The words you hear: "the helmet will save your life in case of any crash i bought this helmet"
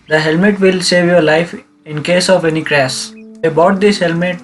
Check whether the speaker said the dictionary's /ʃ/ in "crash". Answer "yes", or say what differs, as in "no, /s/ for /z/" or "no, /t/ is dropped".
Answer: no, /s/ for /ʃ/